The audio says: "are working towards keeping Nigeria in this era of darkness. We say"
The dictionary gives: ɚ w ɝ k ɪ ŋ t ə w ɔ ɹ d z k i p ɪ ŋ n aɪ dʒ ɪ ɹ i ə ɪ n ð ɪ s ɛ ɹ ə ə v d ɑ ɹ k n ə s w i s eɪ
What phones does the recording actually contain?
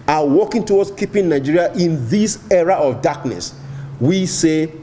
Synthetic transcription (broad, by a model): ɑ w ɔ k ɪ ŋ t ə w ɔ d s k i p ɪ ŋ n aɪ dʒ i ɹ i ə ɪ n ð ɪ s ɛ ɹ ə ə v d ɑ k n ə s w i s eɪ